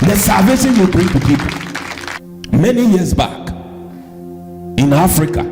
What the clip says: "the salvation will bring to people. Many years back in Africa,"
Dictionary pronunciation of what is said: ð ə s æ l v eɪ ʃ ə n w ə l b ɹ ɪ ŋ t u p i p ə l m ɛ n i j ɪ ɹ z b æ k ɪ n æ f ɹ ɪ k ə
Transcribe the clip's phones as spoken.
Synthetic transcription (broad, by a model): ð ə s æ v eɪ s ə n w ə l b ɹ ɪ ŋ t u p i p ə l m ɛ n i j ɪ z b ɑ k ɪ n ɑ f ɹ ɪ k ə